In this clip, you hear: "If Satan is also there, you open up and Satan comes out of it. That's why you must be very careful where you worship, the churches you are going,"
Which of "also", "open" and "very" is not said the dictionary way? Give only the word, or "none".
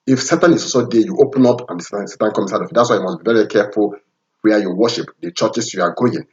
also